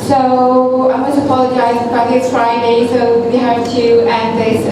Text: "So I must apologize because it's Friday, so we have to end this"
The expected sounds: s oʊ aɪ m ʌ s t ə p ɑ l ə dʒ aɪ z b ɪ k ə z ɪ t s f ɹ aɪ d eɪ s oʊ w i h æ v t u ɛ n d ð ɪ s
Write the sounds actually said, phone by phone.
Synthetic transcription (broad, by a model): s oʊ aɪ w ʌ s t ə p ɑ l ə dʒ aɪ z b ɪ ə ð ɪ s f ɹ aɪ d eɪ s oʊ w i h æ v t u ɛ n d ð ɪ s